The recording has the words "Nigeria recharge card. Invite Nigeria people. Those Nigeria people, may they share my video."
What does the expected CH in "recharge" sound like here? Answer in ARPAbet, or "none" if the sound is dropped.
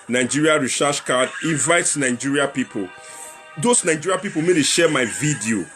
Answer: SH